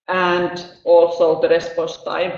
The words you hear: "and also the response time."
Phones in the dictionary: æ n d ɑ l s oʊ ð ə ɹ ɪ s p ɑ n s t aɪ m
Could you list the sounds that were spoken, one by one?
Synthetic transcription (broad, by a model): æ n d ɑ l s oʊ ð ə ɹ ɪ s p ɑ s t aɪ